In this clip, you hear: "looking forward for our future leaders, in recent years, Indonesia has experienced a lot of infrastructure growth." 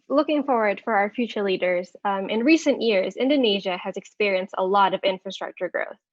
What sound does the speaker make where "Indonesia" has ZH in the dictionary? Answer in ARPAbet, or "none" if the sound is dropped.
ZH